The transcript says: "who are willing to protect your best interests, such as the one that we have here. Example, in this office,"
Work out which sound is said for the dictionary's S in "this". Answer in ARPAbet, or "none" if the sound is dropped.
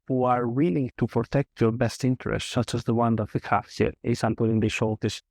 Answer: SH